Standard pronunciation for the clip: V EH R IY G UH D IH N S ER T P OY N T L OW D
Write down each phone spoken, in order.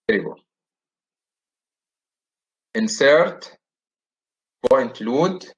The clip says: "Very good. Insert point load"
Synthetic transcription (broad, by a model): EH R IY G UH IH N S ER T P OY N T L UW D